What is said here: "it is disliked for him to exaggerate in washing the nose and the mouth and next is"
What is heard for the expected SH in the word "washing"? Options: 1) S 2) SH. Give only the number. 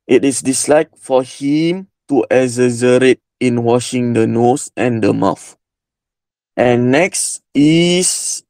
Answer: 2